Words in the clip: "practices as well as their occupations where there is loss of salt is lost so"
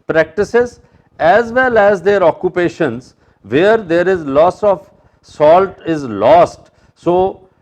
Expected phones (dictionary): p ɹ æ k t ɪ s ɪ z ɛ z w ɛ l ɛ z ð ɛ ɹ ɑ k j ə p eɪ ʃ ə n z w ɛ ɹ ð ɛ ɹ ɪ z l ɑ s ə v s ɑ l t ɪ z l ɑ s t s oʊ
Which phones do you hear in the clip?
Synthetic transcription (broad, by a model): p ɹ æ k t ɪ s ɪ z ɛ z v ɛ l ɛ z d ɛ ɹ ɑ k j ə p eɪ ʃ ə n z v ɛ ɹ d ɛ ɹ ɪ z l ɑ s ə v s ɑ l t ɪ z l ɑ s t s oʊ